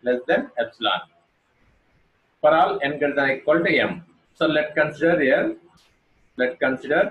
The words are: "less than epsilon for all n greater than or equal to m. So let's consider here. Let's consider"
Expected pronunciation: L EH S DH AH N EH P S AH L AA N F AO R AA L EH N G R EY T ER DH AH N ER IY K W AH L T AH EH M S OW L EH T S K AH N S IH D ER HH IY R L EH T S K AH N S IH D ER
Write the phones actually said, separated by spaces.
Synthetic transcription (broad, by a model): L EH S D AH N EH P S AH L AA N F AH R AA L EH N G EY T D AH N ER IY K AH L T AH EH M S OW L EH T K AH N S IH D ER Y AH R L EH T K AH N S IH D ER